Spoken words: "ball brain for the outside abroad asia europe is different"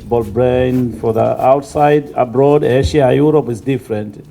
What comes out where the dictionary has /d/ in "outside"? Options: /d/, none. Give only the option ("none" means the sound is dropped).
/d/